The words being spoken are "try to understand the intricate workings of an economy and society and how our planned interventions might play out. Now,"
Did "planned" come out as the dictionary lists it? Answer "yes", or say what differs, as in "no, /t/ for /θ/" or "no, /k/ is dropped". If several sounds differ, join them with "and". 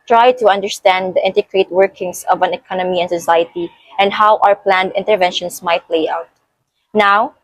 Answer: yes